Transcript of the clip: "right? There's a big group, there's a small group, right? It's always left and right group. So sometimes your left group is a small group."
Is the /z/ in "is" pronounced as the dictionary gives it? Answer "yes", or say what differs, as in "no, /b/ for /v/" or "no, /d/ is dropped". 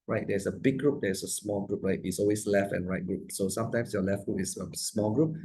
no, /s/ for /z/